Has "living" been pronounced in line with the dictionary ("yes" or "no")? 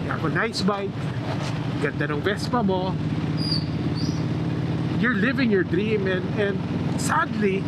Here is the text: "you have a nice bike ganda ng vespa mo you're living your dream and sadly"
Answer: yes